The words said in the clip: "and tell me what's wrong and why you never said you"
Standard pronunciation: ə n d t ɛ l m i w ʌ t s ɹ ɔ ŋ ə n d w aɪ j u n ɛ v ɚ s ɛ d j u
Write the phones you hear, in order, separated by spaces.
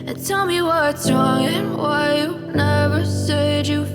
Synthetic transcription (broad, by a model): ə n t ɛ l m i w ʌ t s ɹ ɔ ŋ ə n w aɪ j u n ɛ v ɚ s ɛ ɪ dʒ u